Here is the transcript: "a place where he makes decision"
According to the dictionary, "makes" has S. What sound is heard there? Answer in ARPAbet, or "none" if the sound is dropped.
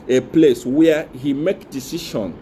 none